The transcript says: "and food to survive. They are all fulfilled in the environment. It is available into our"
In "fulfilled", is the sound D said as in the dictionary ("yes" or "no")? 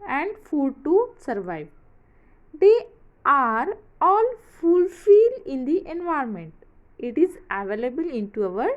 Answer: no